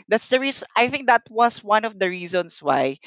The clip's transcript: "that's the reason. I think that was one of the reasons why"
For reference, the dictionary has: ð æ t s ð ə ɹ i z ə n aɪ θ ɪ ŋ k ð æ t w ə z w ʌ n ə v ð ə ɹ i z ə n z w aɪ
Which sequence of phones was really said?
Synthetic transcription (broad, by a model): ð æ t s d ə ɹ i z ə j θ ɪ ŋ k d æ t w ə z w ʌ n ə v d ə ɹ i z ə n s w aɪ